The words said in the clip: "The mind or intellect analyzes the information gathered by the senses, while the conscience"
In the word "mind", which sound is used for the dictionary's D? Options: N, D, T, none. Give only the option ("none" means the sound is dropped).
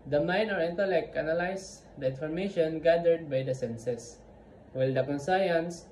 none